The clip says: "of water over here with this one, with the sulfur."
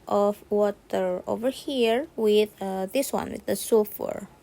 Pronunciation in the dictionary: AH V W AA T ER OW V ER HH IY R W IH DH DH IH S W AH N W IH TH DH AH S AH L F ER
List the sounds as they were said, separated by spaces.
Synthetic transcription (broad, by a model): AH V W AA T ER OW V ER HH IY R W IH DH DH IH S W AH N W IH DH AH S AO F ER